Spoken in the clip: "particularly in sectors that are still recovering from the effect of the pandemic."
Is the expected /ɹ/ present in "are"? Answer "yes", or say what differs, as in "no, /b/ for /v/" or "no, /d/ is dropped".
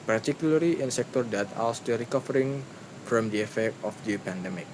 no, /l/ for /ɹ/